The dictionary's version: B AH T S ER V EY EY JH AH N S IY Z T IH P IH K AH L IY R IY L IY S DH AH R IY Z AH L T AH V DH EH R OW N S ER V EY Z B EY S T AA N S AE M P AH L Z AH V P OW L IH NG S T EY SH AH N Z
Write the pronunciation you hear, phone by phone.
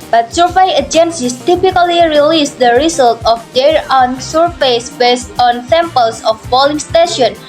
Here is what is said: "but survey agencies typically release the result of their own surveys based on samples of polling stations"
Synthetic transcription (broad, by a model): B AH T S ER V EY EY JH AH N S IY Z T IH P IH K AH L IY R IY L IY S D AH R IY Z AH L T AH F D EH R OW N S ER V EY S B EY S T AA N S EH M P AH L S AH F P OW L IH NG S T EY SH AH N